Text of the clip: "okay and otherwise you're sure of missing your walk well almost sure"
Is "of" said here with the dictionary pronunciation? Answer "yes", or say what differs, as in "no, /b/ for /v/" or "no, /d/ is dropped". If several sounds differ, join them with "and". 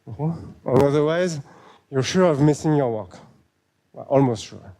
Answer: yes